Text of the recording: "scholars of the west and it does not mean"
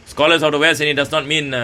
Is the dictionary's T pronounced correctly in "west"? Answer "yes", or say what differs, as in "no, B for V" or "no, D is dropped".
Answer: no, T is dropped